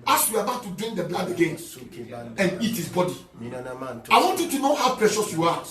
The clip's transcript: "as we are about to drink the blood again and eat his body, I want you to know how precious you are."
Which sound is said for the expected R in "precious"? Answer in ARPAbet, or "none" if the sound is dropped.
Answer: R